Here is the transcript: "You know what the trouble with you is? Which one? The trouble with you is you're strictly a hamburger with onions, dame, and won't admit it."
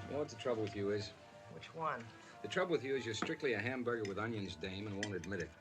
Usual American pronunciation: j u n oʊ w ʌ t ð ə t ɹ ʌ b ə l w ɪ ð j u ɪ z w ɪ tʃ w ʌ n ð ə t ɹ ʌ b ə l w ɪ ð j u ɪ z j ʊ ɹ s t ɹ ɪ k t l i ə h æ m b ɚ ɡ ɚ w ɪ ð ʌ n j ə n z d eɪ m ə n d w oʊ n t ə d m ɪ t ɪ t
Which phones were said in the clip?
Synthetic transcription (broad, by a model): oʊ w ʌ t ð ə t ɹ ʌ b l w ɪ ð j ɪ ɪ z w ɪ tʃ w ʌ n ð ə t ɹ ʌ b l w ɪ ð j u ɪ z j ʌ ɹ s t ɹ ɪ k t l i ə h æ m b ɚ ɡ ɚ w ɪ ð ʌ n j ə n z d eɪ m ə n w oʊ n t ə d m ɪ t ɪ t